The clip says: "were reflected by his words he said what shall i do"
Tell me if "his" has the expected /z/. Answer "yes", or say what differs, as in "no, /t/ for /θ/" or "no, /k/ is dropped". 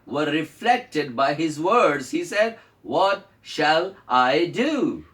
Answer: yes